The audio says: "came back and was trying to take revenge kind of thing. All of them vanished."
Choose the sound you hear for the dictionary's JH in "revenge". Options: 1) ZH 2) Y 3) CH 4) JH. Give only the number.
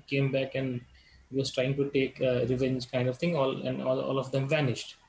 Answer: 4